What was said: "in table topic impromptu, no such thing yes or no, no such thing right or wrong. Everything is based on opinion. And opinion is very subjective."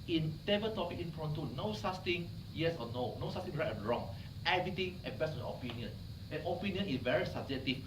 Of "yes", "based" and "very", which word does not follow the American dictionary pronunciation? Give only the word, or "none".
based